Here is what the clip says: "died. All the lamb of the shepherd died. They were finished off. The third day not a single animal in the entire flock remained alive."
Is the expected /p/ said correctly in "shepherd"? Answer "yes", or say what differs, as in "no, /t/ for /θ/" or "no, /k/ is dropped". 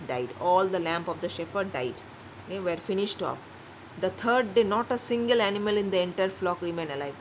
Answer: no, /f/ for /p/